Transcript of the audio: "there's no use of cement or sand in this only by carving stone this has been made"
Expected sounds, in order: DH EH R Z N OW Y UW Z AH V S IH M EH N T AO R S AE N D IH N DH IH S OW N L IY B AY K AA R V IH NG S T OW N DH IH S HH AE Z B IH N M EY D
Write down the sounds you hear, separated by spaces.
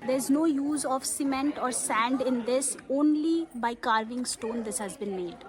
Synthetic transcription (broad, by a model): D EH R Z N OW Y UW Z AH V S IH M EH N T AO R S AE N D IH N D IH S OW N L IY B AY K AA R V IH NG S T OW N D IH S HH AE Z B IH N M EY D